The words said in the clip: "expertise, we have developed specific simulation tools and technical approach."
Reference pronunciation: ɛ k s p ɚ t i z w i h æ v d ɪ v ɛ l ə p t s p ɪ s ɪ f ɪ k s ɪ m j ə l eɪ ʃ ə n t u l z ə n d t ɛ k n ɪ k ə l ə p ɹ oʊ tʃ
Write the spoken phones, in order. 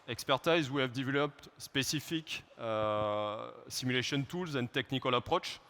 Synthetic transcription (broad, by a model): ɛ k s p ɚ t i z w i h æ v d ɪ v ɛ l ə p t s p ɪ s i f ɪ k s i m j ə l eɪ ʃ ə n t u l z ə n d t ɛ k n ɪ k ə l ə p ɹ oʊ tʃ